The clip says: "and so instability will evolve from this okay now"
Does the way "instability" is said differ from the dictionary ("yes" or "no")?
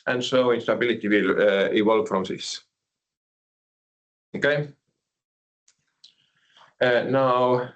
no